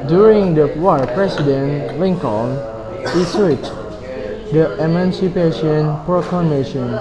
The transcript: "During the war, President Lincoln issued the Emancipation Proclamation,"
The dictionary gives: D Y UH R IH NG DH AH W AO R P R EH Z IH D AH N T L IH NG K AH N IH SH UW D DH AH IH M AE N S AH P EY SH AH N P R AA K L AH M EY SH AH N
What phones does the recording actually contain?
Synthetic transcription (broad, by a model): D Y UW R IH NG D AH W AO P R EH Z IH D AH N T L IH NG K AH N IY S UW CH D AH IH M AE N S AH P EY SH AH N P R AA K L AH M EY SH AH N